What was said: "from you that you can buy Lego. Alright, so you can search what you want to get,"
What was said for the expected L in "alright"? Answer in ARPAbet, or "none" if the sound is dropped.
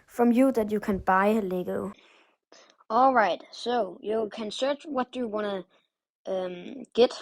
L